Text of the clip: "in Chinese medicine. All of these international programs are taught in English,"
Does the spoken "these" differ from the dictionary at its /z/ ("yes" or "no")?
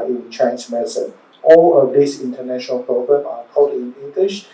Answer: yes